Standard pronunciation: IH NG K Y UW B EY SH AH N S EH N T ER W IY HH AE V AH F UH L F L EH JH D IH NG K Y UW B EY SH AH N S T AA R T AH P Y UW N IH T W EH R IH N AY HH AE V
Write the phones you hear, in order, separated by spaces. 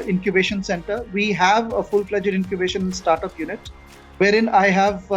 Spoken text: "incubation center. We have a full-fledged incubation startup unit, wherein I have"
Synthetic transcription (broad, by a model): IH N K Y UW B EY SH AH N S EH N T ER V IY HH AE V AH F UH L P L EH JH D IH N K Y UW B EY SH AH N S T AA R T AH P Y UW N IH T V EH R IH N AY HH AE V